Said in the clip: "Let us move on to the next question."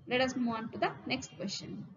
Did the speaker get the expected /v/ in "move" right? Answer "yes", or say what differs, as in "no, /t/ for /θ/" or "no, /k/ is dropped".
no, /v/ is dropped